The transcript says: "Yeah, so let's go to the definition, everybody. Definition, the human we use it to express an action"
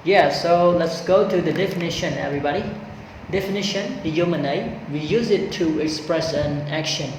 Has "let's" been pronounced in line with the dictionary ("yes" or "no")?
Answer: yes